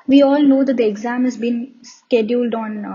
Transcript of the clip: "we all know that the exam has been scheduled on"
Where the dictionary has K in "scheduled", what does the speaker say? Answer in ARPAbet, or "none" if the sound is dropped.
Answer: K